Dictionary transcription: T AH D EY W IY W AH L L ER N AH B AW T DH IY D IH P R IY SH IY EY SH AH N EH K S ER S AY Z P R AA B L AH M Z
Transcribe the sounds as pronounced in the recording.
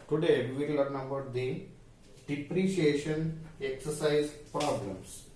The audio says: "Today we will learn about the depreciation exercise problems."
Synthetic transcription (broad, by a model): T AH D EY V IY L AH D N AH B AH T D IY D IH P R IY SH IY EY SH AH N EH K S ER S AY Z P R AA B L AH M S